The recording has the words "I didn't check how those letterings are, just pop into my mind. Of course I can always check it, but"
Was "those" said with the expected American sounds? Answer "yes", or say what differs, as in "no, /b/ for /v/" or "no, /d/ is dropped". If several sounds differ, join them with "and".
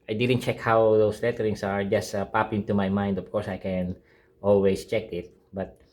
no, /s/ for /z/